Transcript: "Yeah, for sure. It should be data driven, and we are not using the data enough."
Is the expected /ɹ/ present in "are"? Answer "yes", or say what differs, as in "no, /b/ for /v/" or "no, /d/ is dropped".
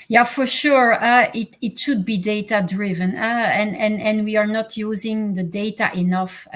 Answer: yes